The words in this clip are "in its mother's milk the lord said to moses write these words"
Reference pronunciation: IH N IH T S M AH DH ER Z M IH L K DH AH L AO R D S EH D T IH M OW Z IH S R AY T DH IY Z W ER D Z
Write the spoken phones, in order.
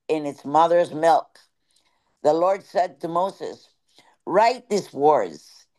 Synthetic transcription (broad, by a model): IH N IH T S M AH DH ER Z M IH L K DH AH L AO R D S EH D T IH M OW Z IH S R AY T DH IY S W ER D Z